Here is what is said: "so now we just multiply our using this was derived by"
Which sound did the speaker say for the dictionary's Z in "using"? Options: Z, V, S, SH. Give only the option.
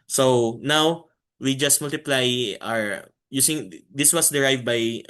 S